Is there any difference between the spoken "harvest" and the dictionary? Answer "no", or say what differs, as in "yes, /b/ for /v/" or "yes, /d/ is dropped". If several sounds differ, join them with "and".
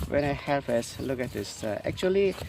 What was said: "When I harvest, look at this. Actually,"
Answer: yes, /f/ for /v/